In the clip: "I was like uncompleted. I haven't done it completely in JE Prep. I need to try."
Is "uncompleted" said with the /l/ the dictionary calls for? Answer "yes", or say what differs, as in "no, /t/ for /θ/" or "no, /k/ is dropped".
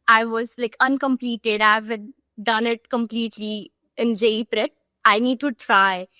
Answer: yes